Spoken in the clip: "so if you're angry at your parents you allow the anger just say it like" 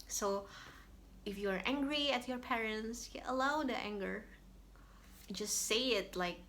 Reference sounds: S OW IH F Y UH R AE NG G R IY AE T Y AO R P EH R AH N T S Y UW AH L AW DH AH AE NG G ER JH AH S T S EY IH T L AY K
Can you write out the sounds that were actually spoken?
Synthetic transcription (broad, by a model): S OW IH F Y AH R AE NG G R IY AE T Y AO R P EH R AH N T S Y AH L AW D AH AE NG G ER JH AH S T S EY IH T L AY K